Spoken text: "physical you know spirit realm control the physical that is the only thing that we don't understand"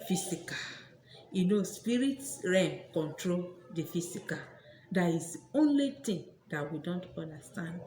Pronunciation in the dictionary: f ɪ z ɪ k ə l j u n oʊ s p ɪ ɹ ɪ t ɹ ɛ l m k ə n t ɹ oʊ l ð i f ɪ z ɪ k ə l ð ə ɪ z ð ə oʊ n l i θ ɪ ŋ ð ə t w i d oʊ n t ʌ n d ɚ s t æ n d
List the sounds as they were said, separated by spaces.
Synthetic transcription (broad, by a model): f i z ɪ k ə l j u n oʊ s p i ɹ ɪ t ɹ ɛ m k ə n t ɹ oʊ l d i f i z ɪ k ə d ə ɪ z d oʊ n l i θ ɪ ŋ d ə t w i d oʊ n t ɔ n d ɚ s t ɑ n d